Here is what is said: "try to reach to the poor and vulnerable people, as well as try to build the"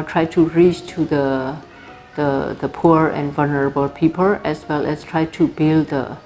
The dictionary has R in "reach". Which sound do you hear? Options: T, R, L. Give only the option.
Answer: R